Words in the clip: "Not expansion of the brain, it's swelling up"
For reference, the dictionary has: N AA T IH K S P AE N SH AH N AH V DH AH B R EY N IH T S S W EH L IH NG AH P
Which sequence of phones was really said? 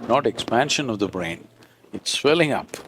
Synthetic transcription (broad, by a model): N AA T IH K S P AE N SH AH N AH V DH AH B R EY N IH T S S W EH L IH NG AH P